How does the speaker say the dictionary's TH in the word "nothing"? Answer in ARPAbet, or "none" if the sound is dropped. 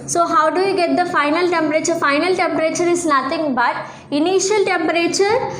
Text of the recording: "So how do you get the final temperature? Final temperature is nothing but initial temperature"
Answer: T